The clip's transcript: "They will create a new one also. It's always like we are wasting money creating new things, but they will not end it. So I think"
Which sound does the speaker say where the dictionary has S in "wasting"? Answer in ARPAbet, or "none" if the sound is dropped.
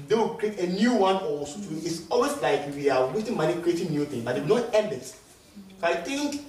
none